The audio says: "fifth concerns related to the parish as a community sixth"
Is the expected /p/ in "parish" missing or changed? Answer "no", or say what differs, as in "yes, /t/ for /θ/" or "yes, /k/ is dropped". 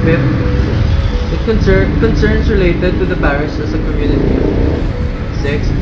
yes, /b/ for /p/